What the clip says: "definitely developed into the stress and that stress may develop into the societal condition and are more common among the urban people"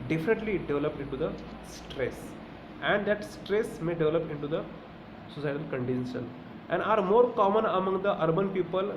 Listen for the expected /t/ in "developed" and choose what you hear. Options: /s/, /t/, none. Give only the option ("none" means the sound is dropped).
none